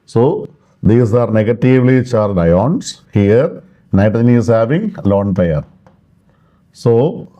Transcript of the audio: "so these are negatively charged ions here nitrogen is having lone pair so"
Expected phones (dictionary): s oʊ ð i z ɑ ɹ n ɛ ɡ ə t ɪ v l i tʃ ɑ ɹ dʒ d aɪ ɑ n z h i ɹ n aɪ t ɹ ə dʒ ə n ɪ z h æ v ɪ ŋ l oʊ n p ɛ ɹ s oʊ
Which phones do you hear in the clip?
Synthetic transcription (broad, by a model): s oʊ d i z ɑ ɹ n ɛ ɡ ə t ɪ v l i tʃ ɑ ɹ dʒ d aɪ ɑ n s h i ɹ n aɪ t ə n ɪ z h æ v ɪ ŋ l oʊ n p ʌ ɹ s oʊ